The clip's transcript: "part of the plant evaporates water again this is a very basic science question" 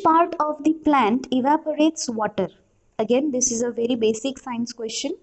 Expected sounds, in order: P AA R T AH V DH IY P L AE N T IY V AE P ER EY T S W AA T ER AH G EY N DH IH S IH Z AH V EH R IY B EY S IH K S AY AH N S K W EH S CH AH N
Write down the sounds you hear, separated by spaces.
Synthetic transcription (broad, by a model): P AA R T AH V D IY P L AE N T IY V AE P ER EY T S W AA T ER AH G EY N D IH S IH Z AH V EH R IY B EY S IH K S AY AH N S K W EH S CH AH N